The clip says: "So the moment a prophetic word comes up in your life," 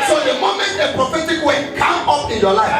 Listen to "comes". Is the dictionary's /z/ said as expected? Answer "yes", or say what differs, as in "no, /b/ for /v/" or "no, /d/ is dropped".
no, /z/ is dropped